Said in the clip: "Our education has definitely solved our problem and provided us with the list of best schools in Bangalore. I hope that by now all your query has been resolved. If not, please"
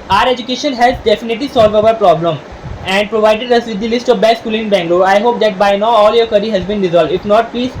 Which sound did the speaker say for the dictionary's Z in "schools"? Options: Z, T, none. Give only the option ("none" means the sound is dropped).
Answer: none